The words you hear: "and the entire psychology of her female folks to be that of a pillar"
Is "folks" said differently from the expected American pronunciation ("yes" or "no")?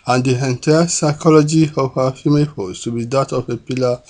yes